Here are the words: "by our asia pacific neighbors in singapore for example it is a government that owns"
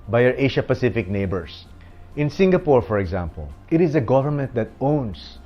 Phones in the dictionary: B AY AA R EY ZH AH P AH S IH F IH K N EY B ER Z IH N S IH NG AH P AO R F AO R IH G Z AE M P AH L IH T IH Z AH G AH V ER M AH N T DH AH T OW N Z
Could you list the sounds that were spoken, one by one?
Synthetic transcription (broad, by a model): B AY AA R EY SH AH P AH S IH F IH K N EY B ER S IH N S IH NG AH P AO R F AO R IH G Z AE M P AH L IH T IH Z AH G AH V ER M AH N T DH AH T OW N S